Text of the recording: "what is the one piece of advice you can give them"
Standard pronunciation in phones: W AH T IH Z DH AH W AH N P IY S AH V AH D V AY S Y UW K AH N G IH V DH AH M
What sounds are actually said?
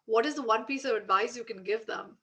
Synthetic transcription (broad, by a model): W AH T IH Z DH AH W AH N P IY S AH V AH D V AY S Y UW K AH N G IH V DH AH M